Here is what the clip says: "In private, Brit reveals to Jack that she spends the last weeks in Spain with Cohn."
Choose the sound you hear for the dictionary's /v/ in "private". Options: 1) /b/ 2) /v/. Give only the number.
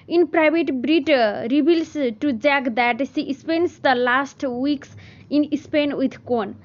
1